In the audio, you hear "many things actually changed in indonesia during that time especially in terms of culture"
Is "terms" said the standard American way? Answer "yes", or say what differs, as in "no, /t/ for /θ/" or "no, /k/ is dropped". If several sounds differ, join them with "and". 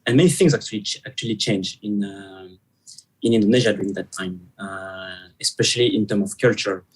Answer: no, /z/ is dropped